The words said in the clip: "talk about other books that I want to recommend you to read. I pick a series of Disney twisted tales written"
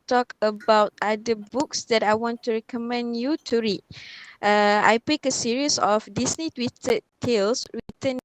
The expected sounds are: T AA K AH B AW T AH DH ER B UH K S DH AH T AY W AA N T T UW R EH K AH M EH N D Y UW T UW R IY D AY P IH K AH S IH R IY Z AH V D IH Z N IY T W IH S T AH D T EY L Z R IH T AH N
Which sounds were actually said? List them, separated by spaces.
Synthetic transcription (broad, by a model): T AA K AH B AW T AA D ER B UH K S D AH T AY W AA N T T UW R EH K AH M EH N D Y UW T UW R IY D AY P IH K AH S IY R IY S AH F D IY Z N IY T W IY T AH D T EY L S R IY T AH N